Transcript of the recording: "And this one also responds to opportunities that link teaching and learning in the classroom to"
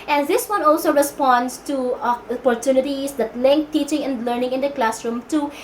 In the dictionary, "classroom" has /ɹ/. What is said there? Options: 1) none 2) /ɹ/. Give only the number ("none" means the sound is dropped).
2